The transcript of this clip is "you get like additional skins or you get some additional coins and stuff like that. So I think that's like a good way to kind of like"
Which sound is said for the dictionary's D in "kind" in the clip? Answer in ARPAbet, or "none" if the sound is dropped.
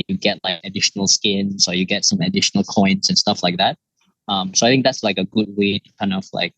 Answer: none